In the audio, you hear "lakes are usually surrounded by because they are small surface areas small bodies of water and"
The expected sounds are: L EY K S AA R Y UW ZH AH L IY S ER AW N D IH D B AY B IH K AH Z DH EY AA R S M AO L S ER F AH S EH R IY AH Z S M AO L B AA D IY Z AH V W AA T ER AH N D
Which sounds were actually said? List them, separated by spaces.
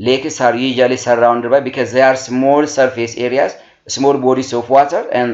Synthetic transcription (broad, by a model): L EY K S AA R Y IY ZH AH L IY S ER AW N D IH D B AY B IH K AH Z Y AA R S M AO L S ER F AH S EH R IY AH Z S M AO L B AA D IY S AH F W AA T ER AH N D